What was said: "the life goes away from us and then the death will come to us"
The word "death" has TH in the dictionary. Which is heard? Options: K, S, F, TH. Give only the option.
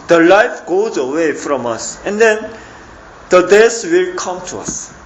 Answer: S